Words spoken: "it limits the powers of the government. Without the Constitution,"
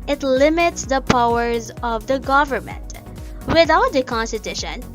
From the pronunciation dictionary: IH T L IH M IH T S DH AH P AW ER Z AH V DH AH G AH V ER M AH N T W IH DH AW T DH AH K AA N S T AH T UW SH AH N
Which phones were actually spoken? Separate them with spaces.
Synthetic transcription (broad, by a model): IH T L IH M IH T S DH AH P AW ER Z AH V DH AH G AH V ER M AH N T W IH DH AW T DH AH K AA N S T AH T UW SH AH N